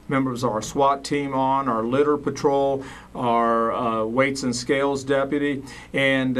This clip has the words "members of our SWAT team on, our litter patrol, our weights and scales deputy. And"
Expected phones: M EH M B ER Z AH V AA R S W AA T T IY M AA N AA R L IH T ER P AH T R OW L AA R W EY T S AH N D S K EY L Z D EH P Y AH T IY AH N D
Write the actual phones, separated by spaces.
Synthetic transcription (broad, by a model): M EH M B ER Z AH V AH R S W AA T T IY M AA N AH R L IH T ER P AH T R OW L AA R W EY T S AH N S K EY L Z D EH P Y AH T IY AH N